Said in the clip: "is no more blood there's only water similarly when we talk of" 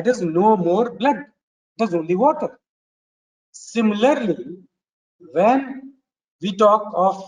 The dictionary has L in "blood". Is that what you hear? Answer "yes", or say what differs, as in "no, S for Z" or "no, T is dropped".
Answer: yes